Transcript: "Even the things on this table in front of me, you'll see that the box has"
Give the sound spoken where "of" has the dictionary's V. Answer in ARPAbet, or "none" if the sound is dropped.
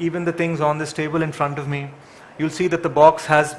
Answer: V